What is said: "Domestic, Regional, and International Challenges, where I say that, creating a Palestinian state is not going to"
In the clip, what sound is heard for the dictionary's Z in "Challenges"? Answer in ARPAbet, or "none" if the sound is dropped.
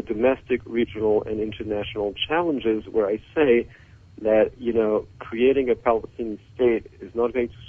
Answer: Z